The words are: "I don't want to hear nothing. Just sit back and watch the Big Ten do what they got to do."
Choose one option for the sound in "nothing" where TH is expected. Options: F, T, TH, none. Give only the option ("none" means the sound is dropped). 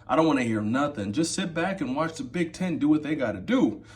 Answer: TH